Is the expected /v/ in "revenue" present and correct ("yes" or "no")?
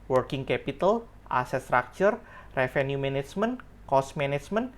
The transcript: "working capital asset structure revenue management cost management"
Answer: no